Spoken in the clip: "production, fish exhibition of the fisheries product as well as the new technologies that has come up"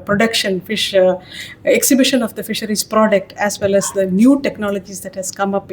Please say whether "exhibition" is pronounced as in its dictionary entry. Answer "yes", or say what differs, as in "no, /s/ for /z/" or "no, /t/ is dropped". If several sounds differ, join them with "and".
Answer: yes